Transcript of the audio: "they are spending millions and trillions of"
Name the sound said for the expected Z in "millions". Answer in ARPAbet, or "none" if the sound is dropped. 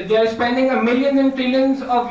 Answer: none